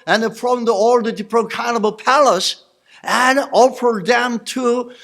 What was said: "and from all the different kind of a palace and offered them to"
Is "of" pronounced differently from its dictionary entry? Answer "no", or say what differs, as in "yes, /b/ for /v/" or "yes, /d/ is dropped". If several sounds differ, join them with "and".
yes, /b/ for /v/